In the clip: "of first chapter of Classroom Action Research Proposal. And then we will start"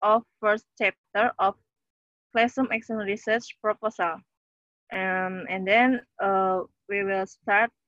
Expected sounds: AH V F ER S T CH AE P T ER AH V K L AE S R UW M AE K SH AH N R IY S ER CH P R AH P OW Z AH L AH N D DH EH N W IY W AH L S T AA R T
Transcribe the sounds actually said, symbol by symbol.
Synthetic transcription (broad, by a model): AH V F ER S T CH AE P T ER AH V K L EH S AH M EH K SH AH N R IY S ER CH P R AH P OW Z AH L AH N D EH N W IY W AH L S T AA R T